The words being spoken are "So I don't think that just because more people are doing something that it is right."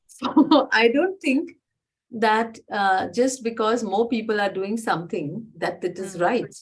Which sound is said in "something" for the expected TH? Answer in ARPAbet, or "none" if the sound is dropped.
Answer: T